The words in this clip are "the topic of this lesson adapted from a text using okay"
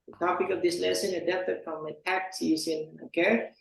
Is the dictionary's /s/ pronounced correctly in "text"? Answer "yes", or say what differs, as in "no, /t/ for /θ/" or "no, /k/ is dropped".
no, /s/ is dropped